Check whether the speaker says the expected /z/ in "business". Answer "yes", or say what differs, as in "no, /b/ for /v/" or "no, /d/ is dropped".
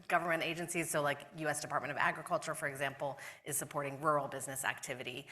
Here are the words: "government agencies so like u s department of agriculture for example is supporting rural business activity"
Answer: yes